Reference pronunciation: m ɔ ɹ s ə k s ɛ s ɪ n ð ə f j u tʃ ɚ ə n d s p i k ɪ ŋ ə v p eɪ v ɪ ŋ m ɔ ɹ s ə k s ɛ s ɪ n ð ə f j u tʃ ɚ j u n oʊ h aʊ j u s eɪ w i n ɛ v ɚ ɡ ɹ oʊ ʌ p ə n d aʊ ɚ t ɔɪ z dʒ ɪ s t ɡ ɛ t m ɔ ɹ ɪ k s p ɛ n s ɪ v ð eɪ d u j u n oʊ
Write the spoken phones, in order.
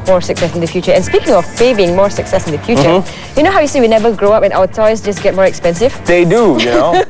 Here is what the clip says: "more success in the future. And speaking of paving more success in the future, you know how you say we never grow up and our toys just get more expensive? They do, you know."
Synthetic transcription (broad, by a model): m ɔ ɹ s ə k s ɛ s ɪ n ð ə f j u tʃ ɚ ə n s p i k ɪ ŋ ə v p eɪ b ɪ ŋ m ɔ ɹ s ə k s ɛ s ɪ n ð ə f j u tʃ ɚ j u n oʊ h aʊ j u s eɪ w i n ɛ v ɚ ɡ ɹ oʊ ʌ p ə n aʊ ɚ t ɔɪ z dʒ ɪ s ɡ ɛ t m ɔ ɹ ɪ k s p ɛ n s ɪ v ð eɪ d u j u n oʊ